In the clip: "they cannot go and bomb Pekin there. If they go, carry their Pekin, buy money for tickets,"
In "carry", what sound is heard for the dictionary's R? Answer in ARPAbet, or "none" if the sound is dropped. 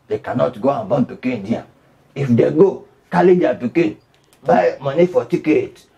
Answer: L